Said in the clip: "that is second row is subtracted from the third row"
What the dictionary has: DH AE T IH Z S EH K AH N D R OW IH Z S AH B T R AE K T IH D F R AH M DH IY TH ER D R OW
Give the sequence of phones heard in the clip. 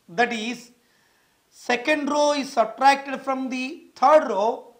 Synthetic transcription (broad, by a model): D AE T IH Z S EH K AH N D R OW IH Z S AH T R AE K T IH D F R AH M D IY T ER D R OW